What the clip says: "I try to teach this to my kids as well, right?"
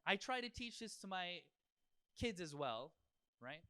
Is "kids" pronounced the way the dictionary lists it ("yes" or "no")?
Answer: yes